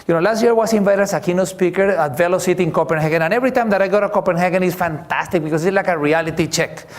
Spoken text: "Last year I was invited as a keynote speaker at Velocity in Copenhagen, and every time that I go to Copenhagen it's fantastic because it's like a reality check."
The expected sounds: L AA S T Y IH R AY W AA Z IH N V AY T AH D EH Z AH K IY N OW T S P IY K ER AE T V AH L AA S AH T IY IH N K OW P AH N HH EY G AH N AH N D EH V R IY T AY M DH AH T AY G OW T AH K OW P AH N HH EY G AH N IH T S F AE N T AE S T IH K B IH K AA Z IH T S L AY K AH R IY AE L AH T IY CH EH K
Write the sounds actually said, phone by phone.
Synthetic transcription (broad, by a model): L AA S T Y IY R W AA S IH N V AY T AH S AH K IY N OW S P IY K ER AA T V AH L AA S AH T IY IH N K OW P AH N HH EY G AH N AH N EH V R IY T AY M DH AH T AY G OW T AH K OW P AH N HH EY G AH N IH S F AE N T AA S T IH K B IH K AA S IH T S L AY K AH R IY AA L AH T IY CH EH K